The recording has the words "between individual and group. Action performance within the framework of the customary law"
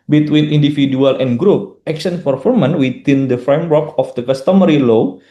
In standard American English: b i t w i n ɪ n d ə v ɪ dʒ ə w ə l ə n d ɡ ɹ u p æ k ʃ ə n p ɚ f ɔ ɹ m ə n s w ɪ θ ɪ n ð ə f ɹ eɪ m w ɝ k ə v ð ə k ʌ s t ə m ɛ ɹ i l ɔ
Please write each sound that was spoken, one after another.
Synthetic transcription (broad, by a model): b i t w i n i n d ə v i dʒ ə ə l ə n ɡ ɹ u p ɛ k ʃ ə n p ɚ f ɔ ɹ m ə n w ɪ t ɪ n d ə f ɹ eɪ m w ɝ k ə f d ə k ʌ s t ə m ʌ ɹ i l ɔ